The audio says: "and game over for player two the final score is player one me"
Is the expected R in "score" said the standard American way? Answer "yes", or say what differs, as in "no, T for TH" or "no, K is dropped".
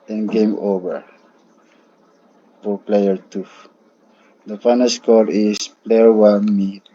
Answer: no, L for R